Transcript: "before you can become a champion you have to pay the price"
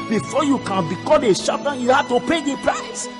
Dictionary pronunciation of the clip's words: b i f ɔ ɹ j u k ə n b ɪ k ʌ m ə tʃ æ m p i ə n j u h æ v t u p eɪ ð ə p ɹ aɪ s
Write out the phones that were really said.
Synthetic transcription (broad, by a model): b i f ɔ j u k ə n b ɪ k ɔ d ə ʃ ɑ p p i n j u h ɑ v t u p eɪ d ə p ɹ aɪ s